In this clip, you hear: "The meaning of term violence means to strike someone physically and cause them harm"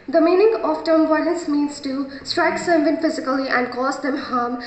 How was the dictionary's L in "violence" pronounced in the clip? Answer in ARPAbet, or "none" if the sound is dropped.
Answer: N